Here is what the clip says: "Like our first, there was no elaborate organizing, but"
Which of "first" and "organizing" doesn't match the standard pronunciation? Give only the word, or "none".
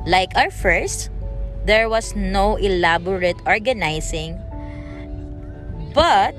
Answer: organizing